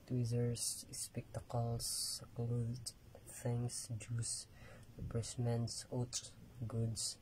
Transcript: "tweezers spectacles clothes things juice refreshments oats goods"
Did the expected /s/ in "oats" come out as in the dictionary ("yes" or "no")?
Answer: no